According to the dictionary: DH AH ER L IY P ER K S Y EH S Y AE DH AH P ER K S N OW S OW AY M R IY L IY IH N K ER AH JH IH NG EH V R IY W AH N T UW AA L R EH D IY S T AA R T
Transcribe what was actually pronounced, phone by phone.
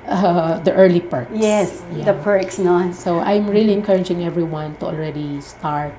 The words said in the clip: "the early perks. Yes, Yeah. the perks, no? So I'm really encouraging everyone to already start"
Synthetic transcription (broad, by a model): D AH ER L IY P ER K Y EH S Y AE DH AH P ER K S N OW S OW AY M R IY L IY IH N K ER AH JH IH NG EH V R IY W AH N T UW AA L R EH D IY S T AA R T